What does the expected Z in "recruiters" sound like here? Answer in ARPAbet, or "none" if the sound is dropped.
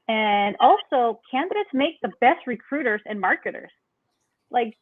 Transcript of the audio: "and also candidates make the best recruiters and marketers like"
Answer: Z